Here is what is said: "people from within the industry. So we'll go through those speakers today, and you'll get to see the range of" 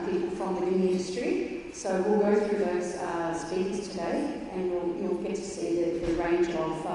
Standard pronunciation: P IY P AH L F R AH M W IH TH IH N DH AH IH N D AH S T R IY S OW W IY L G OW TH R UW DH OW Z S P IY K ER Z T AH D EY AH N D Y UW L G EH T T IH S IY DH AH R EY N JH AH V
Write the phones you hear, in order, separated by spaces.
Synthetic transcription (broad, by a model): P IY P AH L F R AH M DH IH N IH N IH N D AH S T R IY S OW W IY L G OW TH R UW DH OW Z S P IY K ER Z T AH D EY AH N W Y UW L G EH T T IH S IY DH AH R EY N JH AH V